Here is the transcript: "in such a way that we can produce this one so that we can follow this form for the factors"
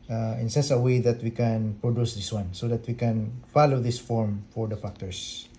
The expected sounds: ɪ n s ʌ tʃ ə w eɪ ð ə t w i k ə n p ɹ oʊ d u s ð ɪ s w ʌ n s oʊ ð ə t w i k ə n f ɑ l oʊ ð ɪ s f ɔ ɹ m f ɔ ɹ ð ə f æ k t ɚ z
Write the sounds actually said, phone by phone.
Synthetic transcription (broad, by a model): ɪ n s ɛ s ə w eɪ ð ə t w i k ə n p ɹ oʊ d u s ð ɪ s w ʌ n s oʊ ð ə t w i k ə n f ɑ l oʊ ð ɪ s f ɔ ɹ m f ɔ ɹ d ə f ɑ k t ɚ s